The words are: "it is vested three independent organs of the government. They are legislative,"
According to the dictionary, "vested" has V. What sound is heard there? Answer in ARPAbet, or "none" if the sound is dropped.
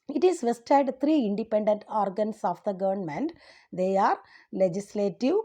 V